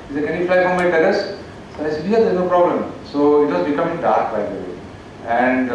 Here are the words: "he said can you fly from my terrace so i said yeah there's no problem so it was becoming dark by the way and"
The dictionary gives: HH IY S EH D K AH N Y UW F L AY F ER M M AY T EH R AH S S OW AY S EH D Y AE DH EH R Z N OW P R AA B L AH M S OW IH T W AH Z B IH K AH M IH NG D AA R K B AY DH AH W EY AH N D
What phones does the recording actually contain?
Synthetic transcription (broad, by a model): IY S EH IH K AH N Y UW F L AY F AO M M AY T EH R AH S S OW AY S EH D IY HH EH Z N OW P R AA B L AH M S OW IH T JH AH S B IH K AH M IH NG D AA R K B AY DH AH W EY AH N D